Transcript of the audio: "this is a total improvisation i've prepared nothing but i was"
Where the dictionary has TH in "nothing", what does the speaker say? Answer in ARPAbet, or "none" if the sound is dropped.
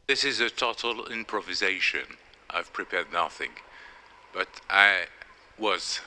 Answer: TH